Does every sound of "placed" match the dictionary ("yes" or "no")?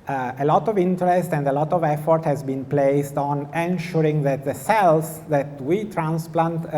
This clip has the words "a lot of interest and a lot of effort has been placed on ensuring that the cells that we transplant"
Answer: yes